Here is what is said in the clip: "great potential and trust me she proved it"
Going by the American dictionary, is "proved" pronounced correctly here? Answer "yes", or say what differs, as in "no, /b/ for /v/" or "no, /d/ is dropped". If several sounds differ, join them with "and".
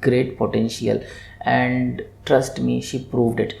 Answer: yes